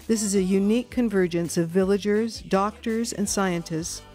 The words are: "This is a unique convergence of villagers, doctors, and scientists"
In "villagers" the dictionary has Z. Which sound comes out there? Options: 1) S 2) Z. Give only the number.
2